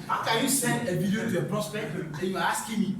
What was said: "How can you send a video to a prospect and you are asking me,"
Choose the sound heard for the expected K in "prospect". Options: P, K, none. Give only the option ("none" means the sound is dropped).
K